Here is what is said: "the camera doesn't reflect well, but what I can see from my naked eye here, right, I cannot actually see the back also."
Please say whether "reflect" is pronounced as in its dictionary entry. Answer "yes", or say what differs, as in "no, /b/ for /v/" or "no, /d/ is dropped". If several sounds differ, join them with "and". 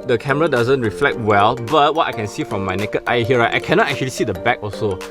yes